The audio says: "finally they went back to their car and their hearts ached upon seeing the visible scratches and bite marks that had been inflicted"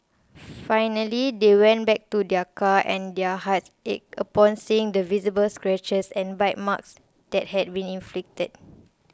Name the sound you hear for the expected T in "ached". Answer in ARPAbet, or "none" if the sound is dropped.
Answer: none